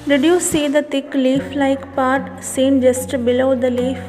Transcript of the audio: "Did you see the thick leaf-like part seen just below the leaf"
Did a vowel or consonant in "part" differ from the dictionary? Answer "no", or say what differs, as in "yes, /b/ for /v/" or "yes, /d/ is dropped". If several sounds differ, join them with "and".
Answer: no